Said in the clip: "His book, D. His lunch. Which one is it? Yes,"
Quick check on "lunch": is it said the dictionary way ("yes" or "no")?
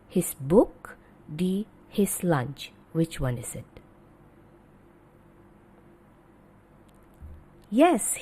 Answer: yes